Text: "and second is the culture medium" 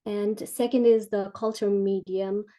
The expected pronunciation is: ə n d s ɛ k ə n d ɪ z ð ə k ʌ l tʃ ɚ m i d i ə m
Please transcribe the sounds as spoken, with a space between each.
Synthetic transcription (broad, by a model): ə n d s ɛ k ə n d ɪ z ð ə k ʌ l tʃ ɚ m i d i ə m